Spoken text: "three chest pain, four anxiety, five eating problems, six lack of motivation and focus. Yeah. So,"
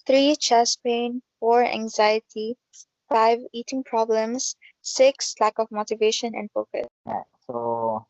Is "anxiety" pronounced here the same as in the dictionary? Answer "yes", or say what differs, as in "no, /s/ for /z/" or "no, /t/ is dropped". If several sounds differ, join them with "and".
yes